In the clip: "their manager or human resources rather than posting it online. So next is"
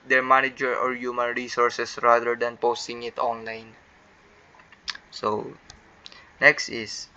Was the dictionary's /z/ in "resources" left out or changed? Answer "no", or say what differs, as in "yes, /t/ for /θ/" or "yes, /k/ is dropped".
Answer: yes, /s/ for /z/